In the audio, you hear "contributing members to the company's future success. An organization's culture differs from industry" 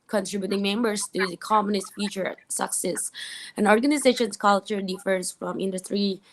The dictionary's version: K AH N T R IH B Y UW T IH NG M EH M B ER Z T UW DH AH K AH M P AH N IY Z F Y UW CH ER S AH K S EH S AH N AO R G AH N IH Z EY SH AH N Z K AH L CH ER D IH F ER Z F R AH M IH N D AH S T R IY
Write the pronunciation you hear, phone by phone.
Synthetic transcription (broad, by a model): K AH N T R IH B Y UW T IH NG M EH M B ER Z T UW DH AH K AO M AH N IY S F Y UW CH ER S AH K S EH S AH N AO R G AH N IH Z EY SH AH N S K AH L CH ER D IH F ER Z F R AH M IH N D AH S T R IY